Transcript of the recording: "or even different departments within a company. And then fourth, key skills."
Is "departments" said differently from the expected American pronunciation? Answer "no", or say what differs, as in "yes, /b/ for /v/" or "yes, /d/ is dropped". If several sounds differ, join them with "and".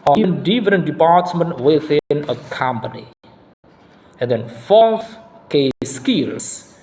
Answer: yes, /s/ is dropped